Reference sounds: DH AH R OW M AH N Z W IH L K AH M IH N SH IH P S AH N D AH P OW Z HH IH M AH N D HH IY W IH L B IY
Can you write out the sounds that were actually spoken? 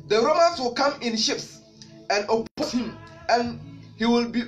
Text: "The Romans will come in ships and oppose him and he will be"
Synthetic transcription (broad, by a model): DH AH R OW M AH N S W IH L K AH M IH N SH IH P S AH N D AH P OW S HH IH M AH N HH IY W IH L B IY